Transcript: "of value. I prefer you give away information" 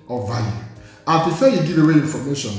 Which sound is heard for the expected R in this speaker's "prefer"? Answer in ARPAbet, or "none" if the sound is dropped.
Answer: none